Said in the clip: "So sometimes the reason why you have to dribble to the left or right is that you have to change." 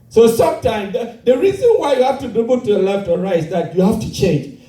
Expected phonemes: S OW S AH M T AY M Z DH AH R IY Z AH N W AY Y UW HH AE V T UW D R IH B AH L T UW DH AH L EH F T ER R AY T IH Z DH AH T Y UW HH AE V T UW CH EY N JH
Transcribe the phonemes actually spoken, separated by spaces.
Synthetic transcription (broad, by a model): S OW S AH M T AY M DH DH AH R IY Z AH N W AY Y UW HH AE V T UW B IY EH B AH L T UW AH L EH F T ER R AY IH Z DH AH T Y UW HH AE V T UW CH EY N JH